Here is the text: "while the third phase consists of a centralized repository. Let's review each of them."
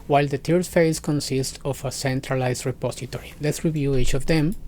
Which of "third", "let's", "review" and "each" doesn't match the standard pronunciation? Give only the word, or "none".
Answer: third